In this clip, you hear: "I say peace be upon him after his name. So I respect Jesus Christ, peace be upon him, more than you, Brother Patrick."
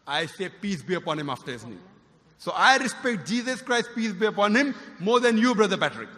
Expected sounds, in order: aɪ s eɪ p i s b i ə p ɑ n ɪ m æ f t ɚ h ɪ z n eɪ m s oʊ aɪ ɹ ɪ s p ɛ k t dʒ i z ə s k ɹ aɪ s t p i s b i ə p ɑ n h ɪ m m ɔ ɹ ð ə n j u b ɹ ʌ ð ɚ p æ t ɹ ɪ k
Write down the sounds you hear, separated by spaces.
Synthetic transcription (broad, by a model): aɪ s eɪ p i s b i ə p ɑ n ɪ m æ f t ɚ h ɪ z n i s oʊ aɪ ɹ ɪ s p ɛ k t dʒ i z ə s k ɹ aɪ s t p i s b i ə p ɑ n h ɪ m m ɔ ɹ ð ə n j u b ɹ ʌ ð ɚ p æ t ɹ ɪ k